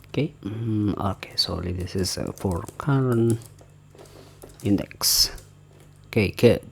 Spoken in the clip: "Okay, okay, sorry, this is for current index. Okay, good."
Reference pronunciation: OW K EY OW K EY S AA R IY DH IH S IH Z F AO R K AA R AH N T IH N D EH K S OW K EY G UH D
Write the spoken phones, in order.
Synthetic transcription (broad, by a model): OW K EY OW K EY S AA L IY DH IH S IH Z F AO R K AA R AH N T IH N D EH K S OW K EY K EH